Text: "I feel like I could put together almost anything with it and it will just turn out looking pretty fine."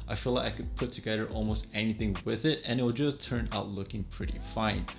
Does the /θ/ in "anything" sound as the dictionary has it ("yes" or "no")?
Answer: yes